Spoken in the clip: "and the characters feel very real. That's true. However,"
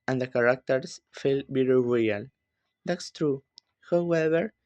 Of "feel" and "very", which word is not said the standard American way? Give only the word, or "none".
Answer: very